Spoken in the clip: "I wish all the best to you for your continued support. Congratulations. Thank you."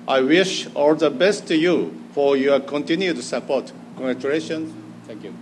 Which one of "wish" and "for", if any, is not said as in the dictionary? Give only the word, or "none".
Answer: none